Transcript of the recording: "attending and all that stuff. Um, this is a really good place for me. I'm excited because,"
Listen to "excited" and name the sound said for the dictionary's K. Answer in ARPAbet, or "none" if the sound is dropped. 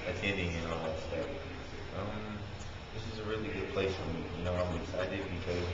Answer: none